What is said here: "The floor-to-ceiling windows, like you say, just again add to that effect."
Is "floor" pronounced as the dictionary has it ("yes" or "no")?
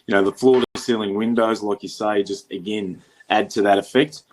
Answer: yes